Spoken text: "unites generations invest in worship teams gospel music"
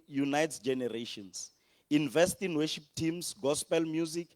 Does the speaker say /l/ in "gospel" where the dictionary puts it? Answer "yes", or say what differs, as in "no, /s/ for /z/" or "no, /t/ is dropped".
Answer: yes